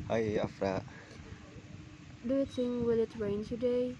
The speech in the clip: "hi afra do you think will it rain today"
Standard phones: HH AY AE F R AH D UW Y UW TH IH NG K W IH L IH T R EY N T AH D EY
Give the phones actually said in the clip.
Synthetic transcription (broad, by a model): HH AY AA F R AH D UW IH T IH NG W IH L IH T R EY N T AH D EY